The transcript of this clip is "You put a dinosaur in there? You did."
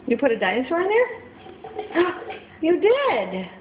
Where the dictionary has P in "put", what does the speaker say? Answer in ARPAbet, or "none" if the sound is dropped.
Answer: P